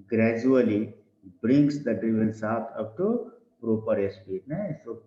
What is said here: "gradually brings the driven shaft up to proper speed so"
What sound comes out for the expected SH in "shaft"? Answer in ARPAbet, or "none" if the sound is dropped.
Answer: S